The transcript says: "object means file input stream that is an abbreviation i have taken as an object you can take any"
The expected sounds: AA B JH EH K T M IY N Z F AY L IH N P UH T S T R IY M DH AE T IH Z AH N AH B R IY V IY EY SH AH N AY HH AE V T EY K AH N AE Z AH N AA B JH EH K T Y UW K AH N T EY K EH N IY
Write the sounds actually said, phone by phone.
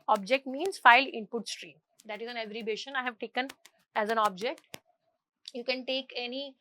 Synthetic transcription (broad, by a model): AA B JH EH K T M IY N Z F AY L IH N P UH T S T R IY M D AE T IH Z AH N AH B R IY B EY SH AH N AY HH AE V T EY K AH N AE Z AH N AA B JH EH K T Y UW K AH N T EY K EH N IY